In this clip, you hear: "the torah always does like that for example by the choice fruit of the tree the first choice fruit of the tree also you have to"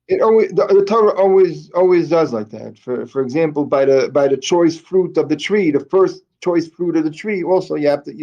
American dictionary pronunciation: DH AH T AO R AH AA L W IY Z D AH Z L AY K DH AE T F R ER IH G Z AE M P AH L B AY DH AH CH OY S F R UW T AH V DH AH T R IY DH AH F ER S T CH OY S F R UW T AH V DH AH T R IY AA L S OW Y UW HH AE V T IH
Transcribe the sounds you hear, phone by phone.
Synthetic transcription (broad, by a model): DH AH T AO R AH AA L W IY Z D AH Z L AY K DH AE T F R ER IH G Z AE M P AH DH B AY DH AH CH OY S F R UW T AH V DH AH T R IY DH AH F ER S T CH OY S F R UW T AH V DH AH T R IY AA L S OW Y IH HH AE F T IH